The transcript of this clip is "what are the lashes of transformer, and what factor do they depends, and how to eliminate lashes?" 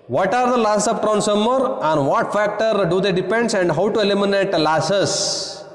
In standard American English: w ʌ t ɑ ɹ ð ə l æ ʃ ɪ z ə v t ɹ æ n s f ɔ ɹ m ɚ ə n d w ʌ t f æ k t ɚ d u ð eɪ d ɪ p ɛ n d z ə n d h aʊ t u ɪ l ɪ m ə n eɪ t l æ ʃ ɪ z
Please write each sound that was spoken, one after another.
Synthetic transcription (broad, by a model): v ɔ t ɑ ɹ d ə l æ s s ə p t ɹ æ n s ɔ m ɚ ə n d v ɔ t f æ k t ɚ d u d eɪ d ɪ p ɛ n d s ə n d h aʊ t u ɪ l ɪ m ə n eɪ t l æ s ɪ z